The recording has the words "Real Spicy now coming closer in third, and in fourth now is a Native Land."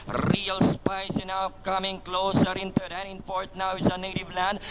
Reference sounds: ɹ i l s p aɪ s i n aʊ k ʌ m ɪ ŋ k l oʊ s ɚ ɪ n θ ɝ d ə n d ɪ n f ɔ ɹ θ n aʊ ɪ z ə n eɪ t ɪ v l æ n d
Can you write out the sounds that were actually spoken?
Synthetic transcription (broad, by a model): ɹ i l s p aɪ s i n aʊ k ʌ m ɪ ŋ k l oʊ s ɚ ɪ n t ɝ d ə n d ɪ n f ɔ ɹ t n aʊ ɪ s ə n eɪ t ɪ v l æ n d